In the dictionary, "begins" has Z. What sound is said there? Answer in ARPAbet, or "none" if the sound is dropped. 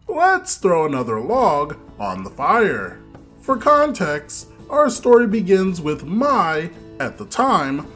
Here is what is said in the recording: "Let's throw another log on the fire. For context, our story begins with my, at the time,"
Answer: Z